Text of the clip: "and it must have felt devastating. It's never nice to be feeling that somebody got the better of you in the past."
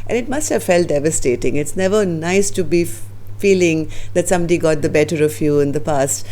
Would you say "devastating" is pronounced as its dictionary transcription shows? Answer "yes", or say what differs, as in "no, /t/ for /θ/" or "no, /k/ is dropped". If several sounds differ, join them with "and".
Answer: yes